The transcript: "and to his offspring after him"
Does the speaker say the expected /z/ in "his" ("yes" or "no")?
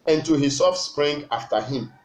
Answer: no